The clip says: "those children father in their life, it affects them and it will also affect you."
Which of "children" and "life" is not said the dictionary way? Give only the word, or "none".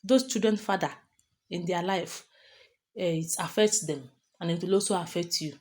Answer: children